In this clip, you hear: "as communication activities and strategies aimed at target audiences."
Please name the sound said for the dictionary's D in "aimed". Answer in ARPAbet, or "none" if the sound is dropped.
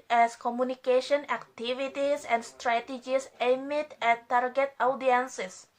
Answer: none